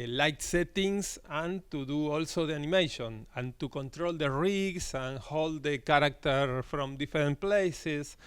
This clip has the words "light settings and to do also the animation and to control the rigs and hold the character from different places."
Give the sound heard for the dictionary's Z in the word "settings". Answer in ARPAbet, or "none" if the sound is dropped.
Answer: S